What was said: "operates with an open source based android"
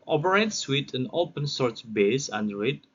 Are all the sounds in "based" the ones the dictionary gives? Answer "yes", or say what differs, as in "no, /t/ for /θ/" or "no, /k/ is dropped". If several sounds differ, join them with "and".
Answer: no, /t/ is dropped